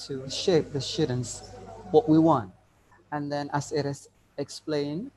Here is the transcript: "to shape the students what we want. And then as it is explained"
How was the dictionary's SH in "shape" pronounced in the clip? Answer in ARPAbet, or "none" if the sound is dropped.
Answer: SH